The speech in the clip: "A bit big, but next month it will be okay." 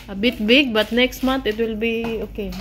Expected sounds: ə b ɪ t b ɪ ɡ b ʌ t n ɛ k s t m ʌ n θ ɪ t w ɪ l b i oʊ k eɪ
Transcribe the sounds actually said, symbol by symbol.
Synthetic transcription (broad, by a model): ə b ɪ t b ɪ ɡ b ʌ t n ɛ k s t m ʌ n t ɪ t w ɪ l b i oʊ k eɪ